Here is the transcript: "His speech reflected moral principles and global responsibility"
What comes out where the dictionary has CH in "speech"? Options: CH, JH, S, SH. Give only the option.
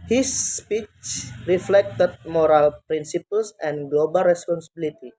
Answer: CH